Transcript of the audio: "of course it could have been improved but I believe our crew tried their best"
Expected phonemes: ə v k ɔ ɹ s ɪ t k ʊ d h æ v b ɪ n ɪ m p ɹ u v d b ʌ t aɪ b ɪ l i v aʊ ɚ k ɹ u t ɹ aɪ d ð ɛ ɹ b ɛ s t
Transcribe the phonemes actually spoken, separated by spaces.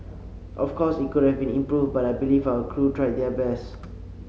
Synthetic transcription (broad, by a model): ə f k ɔ s ɪ t k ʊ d h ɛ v b ɪ n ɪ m p ɹ u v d b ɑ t aɪ b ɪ l i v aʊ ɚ k ɹ u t ɹ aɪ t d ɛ b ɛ s